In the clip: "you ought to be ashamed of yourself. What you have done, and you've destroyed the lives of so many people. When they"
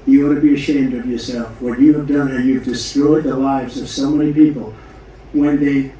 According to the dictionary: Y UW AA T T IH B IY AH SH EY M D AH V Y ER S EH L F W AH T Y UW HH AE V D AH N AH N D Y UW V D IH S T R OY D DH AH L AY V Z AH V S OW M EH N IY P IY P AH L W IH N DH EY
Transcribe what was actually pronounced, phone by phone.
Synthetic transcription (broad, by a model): Y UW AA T T IH B IY AH SH EY M D AH V Y ER S EH L F W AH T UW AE V D AH N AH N Y UW V D IH S T R OY D DH AH L AY V Z AH V S OW M EH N IY P IY P L W IH N DH EY